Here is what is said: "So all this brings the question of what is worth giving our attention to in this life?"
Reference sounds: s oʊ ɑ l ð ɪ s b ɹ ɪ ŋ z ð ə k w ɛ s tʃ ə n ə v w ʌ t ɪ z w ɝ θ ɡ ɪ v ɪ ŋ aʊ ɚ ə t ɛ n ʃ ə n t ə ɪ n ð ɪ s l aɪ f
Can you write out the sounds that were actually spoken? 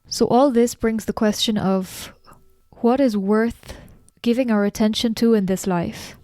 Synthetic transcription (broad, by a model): s oʊ ɑ l ð ɪ s b ɹ ɪ ŋ z ð ə k w ɛ s tʃ ə n ə v w ʌ t ɪ z w ɝ θ ɡ ɪ v ɪ ŋ aʊ ɚ ə t ɛ n ʃ ə n t ə ɪ n ð ɪ s l aɪ f